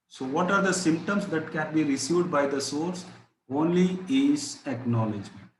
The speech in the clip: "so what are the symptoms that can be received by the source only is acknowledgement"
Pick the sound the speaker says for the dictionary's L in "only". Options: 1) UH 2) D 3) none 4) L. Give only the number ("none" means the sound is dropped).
4